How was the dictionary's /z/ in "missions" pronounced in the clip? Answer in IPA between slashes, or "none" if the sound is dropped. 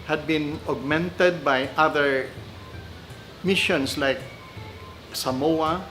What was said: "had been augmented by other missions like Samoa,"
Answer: /s/